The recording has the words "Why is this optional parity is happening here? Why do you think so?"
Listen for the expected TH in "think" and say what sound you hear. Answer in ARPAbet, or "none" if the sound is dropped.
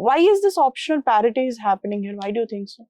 T